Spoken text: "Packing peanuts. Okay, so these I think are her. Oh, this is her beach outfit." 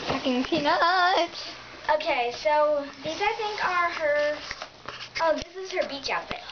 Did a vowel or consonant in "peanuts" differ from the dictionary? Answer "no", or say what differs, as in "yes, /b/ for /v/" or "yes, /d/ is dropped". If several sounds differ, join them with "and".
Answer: yes, /s/ is dropped